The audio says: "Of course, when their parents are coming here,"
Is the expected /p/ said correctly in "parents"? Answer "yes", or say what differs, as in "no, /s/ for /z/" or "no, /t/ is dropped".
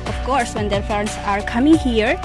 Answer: no, /f/ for /p/